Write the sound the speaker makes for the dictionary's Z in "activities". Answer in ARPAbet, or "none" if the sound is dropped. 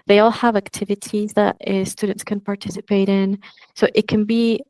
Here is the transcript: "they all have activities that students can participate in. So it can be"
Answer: Z